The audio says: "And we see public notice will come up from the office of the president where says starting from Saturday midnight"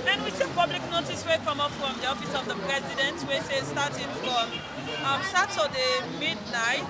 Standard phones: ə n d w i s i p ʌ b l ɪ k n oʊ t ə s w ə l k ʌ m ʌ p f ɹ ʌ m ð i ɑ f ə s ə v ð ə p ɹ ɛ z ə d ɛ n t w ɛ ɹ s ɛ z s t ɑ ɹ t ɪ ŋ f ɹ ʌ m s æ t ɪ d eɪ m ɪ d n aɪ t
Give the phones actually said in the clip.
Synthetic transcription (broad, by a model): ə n w i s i p ʌ b l ɪ k n oʊ t ə s w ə k ʌ m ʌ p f ɹ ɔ m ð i ɑ f ə s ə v ð ə p ɹ ɛ z ə d ɛ n t w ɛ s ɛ s t ɑ t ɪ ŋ f ɹ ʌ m s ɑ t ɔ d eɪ m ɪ d n aɪ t